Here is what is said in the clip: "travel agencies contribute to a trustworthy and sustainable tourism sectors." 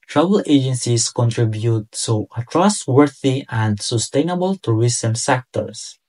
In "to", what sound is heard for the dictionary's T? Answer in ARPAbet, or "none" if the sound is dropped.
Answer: S